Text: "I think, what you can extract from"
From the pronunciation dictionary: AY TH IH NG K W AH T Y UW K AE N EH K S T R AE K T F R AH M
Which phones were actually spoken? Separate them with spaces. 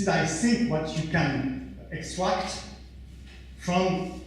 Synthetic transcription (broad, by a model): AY S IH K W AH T Y UW K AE N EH K S T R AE K T F R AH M